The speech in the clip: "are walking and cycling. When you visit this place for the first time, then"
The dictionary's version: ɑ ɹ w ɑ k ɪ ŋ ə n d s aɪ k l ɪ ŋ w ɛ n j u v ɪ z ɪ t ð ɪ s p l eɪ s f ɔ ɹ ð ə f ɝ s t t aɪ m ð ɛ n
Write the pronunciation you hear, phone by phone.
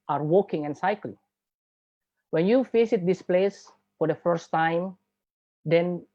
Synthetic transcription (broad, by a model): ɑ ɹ w ɑ k ɪ ŋ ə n s aɪ k l ɪ ŋ w ɛ n j u f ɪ s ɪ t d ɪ s p l eɪ s f ɔ ɹ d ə f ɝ s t t aɪ m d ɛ n